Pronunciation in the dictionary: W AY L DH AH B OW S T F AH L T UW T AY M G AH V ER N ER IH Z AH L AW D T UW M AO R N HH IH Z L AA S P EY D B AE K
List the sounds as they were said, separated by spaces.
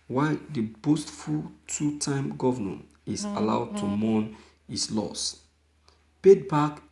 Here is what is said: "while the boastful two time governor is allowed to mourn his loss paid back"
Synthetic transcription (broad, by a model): W AY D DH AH B OW S T F AH L T UW T AY M G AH V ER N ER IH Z AH L AW D T UW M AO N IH S L AA S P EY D B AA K